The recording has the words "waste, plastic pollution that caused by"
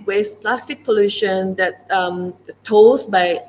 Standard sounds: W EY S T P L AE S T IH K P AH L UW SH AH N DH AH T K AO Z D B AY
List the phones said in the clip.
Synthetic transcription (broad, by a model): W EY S P L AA S T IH K P AH L UW SH AH N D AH T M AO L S B AY